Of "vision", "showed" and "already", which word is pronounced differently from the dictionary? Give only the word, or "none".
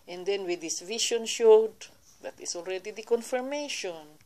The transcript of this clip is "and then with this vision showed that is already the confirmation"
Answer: vision